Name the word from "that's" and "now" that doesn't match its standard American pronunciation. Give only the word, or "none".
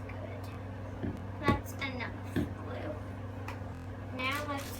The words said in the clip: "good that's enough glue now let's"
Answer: none